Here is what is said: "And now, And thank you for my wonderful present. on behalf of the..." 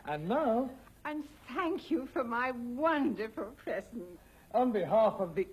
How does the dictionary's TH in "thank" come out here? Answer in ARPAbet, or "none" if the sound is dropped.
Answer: TH